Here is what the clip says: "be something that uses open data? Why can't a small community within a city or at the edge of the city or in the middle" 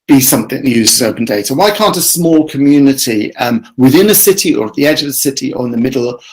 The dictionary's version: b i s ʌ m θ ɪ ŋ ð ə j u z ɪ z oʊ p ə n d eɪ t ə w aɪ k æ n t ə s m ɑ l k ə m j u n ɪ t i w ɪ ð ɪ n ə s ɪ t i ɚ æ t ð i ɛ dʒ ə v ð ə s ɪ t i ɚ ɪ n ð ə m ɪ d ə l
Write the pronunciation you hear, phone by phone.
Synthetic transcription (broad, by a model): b i s ʌ m θ ɪ ŋ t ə j u z ɪ z oʊ p ə n d eɪ t ə w aɪ k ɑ n t ə s m ɑ l k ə m j u n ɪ t i w ɪ ð ɪ n ə s ɪ t i ɚ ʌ t ð i ɛ dʒ ə v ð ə s ɪ t i ɚ ɪ n ð ə m ɪ d l